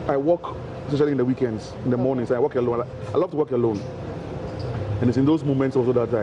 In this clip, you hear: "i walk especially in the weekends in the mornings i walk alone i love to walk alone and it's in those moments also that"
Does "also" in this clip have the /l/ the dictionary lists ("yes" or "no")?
no